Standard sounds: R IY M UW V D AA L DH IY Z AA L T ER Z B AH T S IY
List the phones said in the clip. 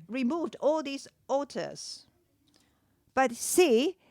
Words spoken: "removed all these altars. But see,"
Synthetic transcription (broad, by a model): R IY M UW V D AA L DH IY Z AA T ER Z B AH T S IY